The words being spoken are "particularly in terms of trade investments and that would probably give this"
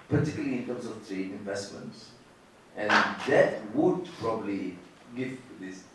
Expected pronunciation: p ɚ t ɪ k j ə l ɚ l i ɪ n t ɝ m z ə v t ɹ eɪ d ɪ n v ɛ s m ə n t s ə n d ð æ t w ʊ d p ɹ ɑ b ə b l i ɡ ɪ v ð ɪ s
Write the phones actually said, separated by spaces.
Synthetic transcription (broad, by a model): p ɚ t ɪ k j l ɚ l i ɪ n t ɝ m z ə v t ɹ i ɪ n v ɛ s m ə n t s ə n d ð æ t w ʊ d p ɹ ɑ b ə b l i ɡ ɪ v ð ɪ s